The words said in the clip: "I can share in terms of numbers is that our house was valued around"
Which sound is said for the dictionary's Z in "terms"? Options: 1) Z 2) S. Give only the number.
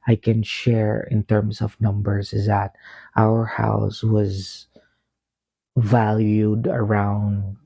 2